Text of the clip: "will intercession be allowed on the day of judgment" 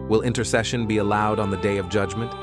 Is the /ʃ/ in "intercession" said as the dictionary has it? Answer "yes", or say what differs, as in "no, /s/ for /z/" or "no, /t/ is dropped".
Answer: yes